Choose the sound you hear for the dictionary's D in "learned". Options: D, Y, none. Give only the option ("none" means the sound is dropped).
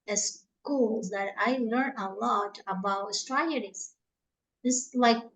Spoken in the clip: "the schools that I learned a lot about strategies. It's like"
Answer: none